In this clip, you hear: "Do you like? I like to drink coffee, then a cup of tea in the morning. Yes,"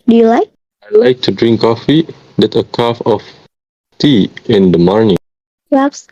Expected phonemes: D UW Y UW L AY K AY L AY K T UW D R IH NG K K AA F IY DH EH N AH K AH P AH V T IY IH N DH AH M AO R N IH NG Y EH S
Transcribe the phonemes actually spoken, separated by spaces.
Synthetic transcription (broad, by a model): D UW Y UW L AY K AY L AY K T UW D R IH NG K K AA F IY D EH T AH K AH F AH F T IY IH N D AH M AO R N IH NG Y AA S